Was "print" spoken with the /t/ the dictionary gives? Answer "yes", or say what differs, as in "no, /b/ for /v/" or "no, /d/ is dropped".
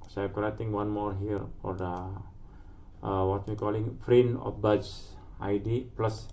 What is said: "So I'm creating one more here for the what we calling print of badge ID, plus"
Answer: no, /t/ is dropped